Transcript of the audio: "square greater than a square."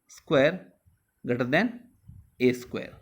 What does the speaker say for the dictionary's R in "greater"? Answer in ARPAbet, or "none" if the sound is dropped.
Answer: none